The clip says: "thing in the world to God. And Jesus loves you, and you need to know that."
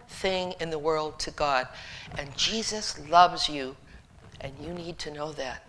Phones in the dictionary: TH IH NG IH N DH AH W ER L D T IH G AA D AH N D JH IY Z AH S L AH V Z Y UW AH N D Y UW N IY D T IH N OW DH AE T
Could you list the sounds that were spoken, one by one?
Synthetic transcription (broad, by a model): TH IH NG IH N DH AH W ER L D T IH G AA D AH N JH IY Z AH S L AH V Z Y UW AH N Y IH N IY D T IH N OW DH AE T